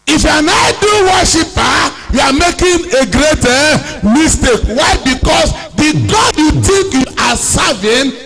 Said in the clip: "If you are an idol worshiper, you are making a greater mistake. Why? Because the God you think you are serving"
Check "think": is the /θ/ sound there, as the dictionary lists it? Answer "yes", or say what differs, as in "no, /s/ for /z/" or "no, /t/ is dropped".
no, /t/ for /θ/